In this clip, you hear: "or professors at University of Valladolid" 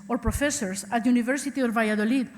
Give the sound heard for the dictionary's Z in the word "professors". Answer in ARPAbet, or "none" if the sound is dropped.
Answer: S